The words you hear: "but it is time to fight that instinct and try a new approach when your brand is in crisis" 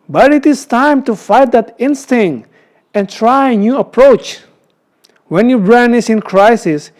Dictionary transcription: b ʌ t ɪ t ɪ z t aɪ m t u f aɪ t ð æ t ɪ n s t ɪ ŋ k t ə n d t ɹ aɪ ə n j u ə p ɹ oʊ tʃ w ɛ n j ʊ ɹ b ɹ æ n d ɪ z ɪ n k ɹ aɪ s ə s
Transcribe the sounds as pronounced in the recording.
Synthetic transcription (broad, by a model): b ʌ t ɪ t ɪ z t aɪ m t u f aɪ t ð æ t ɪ n s t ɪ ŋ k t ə n t ɹ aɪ ə n j u ə p ɹ oʊ tʃ w ɛ n j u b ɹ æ n ɪ s ɪ n k ɹ aɪ s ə s